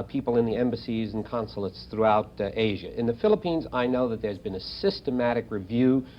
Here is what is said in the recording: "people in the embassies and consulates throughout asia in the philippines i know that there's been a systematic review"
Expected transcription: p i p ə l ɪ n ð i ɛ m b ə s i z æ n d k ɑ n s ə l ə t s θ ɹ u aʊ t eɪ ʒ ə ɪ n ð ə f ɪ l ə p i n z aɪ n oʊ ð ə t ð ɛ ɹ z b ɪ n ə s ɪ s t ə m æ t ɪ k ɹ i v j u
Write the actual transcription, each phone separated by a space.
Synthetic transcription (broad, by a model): p i p l ɪ n ð i ɛ m b ə s i z n k ɑ n s l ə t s θ ɹ u aʊ t eɪ ʒ ə ɪ n ð ə f ɪ l ə p i n z aɪ n oʊ ð ə t ð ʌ ɹ z b ɪ n ə s ɪ s t ə m æ t ɪ k ɹ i v j u